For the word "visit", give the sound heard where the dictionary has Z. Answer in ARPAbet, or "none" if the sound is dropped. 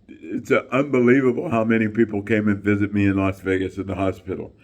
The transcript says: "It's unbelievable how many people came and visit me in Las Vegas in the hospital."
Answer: Z